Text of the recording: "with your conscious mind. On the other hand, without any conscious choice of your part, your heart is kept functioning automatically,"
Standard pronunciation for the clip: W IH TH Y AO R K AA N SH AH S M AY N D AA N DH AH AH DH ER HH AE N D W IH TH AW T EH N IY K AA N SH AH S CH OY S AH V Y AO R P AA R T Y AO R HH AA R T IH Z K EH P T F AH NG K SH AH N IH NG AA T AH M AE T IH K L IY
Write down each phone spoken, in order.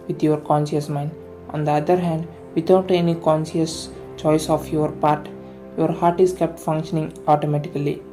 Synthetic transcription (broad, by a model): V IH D Y AO R K AA N SH AH S M AY N D AA N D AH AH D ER HH AE N D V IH T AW T EH N IY K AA N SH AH S CH OY S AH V Y AO R P AA R T Y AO R HH AA R T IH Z K EH P T F AH NG K SH AH N IH NG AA T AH M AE T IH K L IY